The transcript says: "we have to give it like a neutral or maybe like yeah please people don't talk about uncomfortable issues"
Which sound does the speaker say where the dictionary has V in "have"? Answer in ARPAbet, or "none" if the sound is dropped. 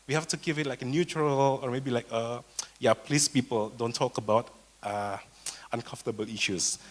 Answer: F